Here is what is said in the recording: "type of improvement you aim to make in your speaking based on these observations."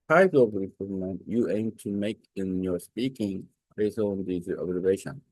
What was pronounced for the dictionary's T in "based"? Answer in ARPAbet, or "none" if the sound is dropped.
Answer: none